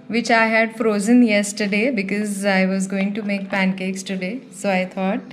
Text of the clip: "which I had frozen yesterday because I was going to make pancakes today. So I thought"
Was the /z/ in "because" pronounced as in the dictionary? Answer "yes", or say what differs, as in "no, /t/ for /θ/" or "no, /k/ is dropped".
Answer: yes